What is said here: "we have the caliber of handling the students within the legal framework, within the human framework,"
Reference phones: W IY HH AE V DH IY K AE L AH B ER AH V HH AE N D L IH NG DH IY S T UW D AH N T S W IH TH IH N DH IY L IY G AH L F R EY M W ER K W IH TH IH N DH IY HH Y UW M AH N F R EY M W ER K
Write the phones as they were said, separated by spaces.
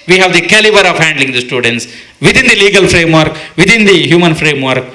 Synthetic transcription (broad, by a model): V IY HH AE V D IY K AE L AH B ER AH V HH AE N D L IH NG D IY S T UW D AH N T S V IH T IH N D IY L IY G AH L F R EY M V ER K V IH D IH N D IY HH Y UW M AH N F R EY M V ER K